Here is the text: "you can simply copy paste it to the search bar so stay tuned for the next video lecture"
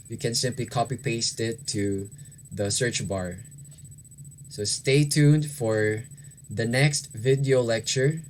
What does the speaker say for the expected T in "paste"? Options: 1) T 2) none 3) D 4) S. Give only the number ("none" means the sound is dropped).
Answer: 1